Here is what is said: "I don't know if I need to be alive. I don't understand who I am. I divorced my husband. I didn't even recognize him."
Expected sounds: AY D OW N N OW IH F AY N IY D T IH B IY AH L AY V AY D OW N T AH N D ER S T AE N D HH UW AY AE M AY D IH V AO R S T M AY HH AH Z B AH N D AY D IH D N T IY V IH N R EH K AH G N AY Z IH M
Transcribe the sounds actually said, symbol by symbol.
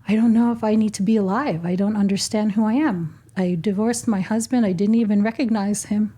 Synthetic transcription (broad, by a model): AY D OW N N OW IH F AY N IY D T IH B IY AH L AY V AY D OW N T AH N D ER S T AE N D HH UW AY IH M AY D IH V AO R S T M AY HH AH Z B AH N D AY D IH D N T IY V IH N R EH K AH G N AY Z IH M